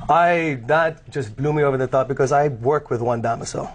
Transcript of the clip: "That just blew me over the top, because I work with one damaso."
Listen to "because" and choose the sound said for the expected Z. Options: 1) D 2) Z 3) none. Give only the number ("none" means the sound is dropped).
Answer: 2